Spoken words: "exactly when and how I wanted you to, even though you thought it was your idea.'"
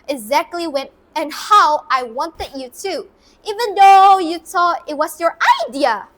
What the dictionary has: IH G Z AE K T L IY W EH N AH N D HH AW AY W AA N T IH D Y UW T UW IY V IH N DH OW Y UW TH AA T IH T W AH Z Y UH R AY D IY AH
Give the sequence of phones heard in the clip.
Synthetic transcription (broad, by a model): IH G Z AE K T L IY W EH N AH N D HH AW AY W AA N T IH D Y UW T UW IY V IH N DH OW Y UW T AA IH T W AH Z Y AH R AY D IY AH